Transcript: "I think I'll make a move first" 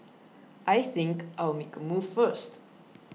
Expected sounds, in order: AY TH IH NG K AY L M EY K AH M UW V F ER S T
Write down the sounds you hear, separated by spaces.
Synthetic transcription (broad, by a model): AY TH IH NG K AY W M EY K AH M UW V F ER S T